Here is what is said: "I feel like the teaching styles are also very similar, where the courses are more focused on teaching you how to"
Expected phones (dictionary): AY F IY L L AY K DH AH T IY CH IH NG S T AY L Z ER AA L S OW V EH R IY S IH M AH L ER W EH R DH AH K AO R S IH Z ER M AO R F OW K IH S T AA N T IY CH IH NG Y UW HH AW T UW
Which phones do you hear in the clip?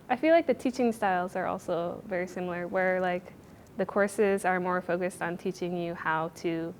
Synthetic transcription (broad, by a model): AY F IY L L AY K DH AH T IY CH IH NG S T AY L Z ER AA L S OW V EH R IY S IH M L ER W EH R DH AH K AO R S IH Z ER M AO R F OW K IH S T N T IY CH IH NG Y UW HH AW T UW